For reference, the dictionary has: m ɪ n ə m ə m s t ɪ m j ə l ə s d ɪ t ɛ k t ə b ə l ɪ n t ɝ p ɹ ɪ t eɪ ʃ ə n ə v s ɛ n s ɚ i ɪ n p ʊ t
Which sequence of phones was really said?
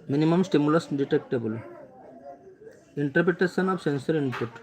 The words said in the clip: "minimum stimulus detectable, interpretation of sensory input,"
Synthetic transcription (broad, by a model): m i n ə m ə m s t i m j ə l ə s d ɪ t ɛ k t ə b ə l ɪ n t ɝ p ɹ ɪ t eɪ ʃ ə n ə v s ɛ n s ɚ i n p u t